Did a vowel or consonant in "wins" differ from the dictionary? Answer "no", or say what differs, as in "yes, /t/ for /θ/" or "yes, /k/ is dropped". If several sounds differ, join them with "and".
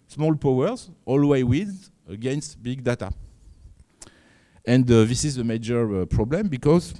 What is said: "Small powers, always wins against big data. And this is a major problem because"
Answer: yes, /n/ is dropped